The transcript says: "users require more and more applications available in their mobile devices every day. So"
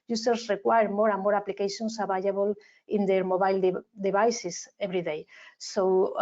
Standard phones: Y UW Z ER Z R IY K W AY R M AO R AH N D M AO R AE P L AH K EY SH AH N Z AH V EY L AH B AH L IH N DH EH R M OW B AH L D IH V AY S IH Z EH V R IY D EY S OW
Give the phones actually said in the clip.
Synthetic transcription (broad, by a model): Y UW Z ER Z R IY K W AY R M AO R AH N M AO R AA P L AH K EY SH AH N S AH B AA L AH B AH L IH N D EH R M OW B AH L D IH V AY S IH S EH B R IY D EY S OW